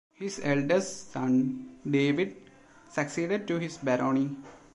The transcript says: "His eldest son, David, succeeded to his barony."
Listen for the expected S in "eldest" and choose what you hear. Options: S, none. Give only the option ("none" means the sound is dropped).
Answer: none